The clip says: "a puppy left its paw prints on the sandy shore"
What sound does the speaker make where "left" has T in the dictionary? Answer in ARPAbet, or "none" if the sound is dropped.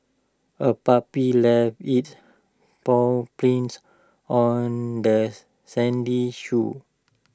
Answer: none